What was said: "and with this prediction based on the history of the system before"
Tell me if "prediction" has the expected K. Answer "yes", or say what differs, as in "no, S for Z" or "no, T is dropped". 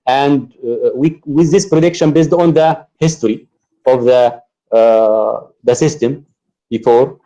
yes